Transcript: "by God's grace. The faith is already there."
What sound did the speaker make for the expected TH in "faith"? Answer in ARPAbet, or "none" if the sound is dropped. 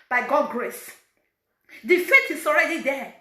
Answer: T